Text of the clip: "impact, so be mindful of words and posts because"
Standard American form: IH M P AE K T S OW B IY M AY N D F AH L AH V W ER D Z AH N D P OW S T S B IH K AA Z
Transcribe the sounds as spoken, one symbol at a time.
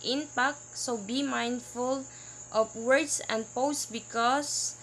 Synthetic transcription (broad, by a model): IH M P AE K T S OW B IY M AY N D F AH L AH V W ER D S AH N D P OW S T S B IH K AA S